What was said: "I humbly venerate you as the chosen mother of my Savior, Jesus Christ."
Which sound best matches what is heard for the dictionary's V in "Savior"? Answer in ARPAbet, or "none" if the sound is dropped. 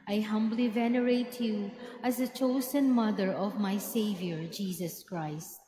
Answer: V